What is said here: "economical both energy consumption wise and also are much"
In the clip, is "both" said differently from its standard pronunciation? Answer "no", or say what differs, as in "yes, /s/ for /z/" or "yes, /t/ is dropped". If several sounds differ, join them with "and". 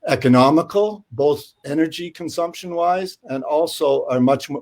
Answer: no